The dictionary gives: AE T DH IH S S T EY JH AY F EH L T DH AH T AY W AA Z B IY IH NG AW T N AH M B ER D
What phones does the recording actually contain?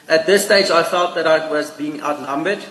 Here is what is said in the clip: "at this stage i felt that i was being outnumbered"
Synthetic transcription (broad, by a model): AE T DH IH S S T EY JH AY F EH L T DH AH T AY W AA Z B IY IH NG AW T N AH M B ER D